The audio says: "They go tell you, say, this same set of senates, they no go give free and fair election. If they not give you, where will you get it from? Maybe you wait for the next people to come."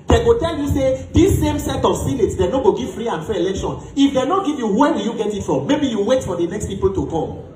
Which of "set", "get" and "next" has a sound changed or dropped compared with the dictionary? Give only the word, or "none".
none